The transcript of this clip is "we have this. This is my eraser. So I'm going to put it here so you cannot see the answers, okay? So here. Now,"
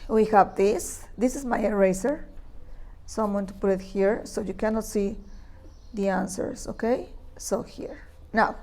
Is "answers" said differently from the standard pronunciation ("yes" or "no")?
yes